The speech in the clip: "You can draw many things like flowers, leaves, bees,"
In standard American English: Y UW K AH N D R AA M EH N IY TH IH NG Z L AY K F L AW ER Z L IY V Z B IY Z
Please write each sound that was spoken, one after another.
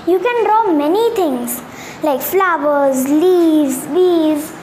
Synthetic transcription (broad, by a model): Y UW K AH N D R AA M EH N IY T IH NG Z L AY K F L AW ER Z L IY Z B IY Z